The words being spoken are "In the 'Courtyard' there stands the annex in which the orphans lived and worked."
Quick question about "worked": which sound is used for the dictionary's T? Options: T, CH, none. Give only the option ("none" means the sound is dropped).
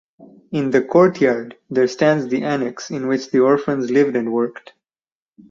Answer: T